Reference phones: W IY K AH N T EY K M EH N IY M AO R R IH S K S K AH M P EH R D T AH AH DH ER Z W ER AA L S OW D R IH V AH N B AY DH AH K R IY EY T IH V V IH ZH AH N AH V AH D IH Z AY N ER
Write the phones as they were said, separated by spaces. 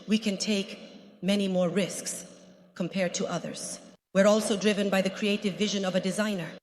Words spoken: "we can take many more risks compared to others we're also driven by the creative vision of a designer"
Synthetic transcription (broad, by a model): W IY K AH N T EY K M EH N IY M AO R R IH S K S K AH M P EH R D T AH AH DH ER Z W ER AA L S OW D R IH V AH N B AY DH AH K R IY EY T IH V V IH ZH AH N AH V AH D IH Z AY N ER